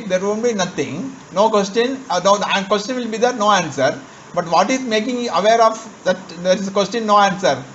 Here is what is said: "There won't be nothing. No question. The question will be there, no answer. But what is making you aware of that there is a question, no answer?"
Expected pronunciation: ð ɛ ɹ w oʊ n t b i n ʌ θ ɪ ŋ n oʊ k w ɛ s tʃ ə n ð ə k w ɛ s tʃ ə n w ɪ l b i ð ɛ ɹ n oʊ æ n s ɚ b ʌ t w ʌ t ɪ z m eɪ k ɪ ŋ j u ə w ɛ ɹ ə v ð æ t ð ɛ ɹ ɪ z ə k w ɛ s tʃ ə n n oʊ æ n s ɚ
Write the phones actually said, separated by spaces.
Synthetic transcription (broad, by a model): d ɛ ɹ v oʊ n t b i n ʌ t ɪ ŋ n oʊ k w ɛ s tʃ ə n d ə k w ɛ s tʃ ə n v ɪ l b i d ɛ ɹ n oʊ æ n s ɚ b ʌ t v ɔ t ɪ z m eɪ k ɪ ŋ j u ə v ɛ ɹ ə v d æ t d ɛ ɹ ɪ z ə k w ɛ s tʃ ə n n oʊ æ n s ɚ